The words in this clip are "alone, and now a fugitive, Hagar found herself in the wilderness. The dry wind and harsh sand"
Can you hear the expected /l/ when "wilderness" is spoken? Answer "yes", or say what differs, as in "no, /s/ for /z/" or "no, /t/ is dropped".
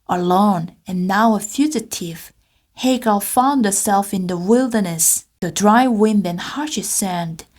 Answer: yes